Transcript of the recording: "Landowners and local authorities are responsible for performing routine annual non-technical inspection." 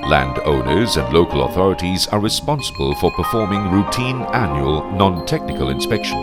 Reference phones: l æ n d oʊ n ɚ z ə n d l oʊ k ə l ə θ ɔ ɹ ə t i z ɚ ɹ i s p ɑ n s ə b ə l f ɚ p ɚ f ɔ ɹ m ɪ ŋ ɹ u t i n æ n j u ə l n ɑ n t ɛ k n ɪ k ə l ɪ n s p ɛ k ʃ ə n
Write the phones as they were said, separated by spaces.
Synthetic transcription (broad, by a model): l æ n d oʊ n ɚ z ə n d l oʊ k ə l ə θ ɔ ɹ ə t i z ɚ ɹ i s p ɑ n s ə b ə l f ɚ p ɚ f ɔ ɹ m ɪ ŋ ɹ u t i n æ n j u ə l n ɑ n t ɛ k n ɪ k ə l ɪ n s p ɛ k ʃ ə n